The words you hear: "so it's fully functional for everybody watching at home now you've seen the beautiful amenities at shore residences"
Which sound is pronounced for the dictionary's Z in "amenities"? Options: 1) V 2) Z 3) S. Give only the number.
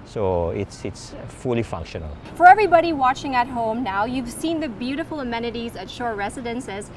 2